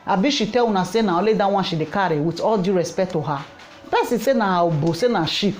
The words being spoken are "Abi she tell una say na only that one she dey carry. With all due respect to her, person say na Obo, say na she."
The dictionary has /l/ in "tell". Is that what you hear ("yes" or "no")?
no